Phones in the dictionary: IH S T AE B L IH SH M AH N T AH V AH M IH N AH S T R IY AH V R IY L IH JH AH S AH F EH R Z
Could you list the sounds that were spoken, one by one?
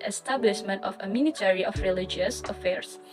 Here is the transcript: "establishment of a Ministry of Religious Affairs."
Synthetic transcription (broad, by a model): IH S T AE B L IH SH M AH N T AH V AH M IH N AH T R IY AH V R IY L IH JH AH S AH F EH R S